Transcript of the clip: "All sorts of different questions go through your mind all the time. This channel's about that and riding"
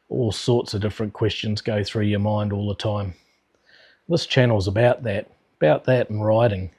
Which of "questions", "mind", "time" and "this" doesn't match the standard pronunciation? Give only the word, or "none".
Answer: none